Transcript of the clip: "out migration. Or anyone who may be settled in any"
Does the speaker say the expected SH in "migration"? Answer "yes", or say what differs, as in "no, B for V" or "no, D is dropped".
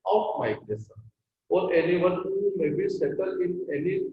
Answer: no, S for SH